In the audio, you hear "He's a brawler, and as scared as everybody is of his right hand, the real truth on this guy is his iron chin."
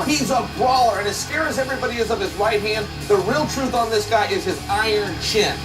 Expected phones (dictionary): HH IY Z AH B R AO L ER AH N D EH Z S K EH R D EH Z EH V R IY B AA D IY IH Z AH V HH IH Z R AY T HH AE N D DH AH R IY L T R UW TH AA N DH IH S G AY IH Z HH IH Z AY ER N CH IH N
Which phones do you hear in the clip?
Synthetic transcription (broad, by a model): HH IY Z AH B R AO L ER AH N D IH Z S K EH R IH Z EH V R IY B AA D IY IH Z AH V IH Z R AY T HH AE N D DH AH R IY L T R UW TH N DH IH S G AY IH Z IH Z AY ER N CH IH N